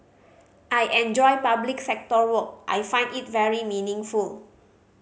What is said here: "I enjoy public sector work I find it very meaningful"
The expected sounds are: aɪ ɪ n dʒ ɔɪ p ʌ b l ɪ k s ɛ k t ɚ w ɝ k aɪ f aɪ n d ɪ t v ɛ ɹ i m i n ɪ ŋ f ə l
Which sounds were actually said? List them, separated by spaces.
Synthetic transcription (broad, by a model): aɪ ɪ n dʒ ɔɪ p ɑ b l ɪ k s ɛ k t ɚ w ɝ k aɪ f aɪ n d ɪ t v ɛ ɹ i m i n ɪ ŋ f ə l